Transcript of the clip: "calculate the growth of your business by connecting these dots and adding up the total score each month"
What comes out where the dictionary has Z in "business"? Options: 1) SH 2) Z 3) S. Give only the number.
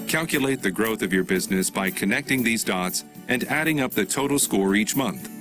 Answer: 2